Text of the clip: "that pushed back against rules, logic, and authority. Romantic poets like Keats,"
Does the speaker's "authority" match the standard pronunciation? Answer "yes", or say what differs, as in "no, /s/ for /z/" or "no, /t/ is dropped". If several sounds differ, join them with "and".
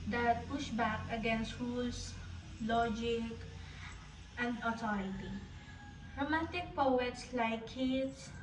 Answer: no, /t/ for /θ/